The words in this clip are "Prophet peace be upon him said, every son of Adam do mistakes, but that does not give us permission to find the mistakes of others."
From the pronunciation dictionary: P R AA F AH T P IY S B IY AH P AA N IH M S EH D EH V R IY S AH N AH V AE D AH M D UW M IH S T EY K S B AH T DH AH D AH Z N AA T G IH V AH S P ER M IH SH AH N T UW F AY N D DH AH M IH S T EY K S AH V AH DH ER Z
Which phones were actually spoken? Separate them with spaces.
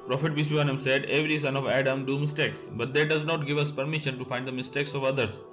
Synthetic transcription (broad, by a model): P R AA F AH T B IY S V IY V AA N IH M S EH D EH V R IY S AH N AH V AE D AH M D UW M IH S T EY K S B AH T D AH D AH Z N AA T G IH V AH S P ER M IH SH AH N T UW F AY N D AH M IH S T EY K S AH V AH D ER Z